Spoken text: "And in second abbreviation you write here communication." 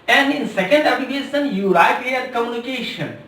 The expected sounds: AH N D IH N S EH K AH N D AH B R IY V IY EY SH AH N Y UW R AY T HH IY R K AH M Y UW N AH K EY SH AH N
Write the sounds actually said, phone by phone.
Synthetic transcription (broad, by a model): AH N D IH N S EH K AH N D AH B IY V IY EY S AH N Y UW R AY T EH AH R K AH M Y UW N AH K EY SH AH N